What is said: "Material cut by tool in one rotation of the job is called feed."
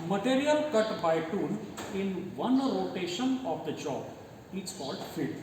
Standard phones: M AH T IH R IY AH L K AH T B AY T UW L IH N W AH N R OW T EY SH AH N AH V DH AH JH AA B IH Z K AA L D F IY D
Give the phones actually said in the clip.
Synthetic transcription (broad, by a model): M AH T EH R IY AH L K AH T B AY T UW N IH N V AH N R OW T EY SH AH N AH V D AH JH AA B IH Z K AA L D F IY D